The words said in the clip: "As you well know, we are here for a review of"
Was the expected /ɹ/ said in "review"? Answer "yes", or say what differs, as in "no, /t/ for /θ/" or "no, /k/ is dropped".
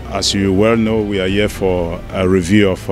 yes